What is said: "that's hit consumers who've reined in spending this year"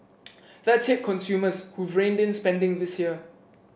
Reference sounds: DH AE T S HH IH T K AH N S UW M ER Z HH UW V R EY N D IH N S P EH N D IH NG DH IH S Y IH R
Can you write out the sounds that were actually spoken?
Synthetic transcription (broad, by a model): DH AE T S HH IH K K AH N S UW M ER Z HH UW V R EY N D IH N S P EH N D IH NG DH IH S Y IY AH